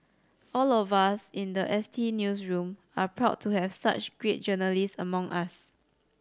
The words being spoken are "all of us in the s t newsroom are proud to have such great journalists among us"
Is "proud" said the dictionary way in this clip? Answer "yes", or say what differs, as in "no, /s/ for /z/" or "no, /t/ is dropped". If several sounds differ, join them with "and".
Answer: yes